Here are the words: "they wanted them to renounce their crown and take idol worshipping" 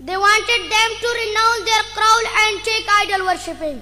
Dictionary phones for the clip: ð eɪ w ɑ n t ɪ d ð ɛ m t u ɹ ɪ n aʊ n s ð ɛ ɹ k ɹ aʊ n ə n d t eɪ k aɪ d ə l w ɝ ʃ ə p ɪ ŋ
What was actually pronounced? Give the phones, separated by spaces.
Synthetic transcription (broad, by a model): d eɪ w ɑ n t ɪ d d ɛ m t u ɹ ɪ n aʊ n s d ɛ ɹ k ɹ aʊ l ə n d t eɪ k aɪ d ə l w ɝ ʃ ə p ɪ ŋ